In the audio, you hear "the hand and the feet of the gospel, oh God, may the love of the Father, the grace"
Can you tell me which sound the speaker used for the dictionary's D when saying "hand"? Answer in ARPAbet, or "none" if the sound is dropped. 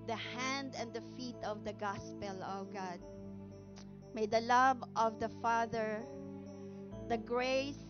D